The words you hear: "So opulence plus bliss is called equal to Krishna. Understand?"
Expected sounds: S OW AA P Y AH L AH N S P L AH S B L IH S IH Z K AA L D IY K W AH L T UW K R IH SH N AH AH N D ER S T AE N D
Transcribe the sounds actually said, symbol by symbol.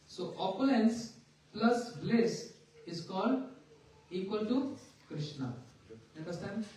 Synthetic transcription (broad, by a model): S OW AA P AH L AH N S P L AH S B L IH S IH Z K AA L D IY K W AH L T UW K R IH SH N AH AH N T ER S T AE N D